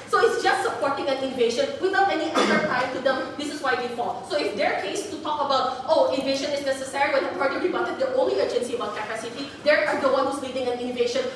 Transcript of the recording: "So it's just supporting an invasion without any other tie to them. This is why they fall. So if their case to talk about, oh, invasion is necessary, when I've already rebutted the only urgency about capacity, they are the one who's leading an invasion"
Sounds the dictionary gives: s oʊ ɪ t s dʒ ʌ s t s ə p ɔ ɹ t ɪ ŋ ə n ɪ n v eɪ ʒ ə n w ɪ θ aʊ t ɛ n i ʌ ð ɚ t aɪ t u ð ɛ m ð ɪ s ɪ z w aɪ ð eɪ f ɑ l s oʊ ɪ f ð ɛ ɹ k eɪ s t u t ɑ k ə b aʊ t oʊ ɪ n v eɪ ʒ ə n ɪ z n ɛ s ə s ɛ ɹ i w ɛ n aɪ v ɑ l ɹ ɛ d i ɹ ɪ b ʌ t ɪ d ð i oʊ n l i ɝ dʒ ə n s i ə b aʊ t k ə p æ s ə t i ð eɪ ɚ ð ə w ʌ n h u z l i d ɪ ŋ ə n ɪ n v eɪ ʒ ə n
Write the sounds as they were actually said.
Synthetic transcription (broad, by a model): s oʊ ɪ t s dʒ ʌ s t s ə p ɔ ɹ t ɪ ŋ ə n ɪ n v eɪ ʃ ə n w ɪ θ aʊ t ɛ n i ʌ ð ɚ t aɪ t u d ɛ m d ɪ s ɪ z w aɪ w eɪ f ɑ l s oʊ ɪ f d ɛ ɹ k eɪ s t u t ɑ k ə b aʊ t oʊ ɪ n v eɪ ʃ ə n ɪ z n ɛ s ə s ɛ ɹ i w ɛ n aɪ p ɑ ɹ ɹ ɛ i w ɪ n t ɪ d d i oʊ n l i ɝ dʒ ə n s i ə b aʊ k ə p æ s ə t i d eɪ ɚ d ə w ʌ n h u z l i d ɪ ŋ ə n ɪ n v eɪ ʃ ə n